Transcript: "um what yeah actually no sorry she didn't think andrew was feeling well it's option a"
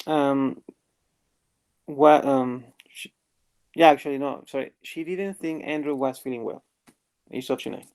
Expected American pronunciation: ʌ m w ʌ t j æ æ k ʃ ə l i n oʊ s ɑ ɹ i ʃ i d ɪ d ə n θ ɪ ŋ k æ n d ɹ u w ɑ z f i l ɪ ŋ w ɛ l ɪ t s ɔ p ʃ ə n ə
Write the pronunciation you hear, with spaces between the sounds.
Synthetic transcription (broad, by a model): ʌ m w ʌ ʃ j æ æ k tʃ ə l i n oʊ s ɑ ɹ i ʃ i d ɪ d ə n θ ɪ ŋ k æ n d ɹ u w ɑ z f i l ɪ ŋ w ɛ l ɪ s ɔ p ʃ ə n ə